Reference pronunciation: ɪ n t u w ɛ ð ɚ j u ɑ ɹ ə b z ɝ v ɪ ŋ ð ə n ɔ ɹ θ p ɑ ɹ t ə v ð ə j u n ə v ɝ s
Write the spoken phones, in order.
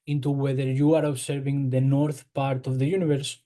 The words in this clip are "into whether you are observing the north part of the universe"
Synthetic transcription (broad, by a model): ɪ n t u w ɛ ð ɚ j u ɑ ɹ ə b s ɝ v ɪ ŋ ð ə n ɔ ɹ θ p ɑ ɹ t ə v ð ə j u n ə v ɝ s